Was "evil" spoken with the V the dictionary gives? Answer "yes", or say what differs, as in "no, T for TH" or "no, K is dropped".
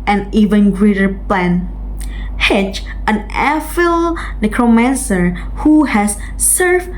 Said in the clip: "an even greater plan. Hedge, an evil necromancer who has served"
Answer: no, F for V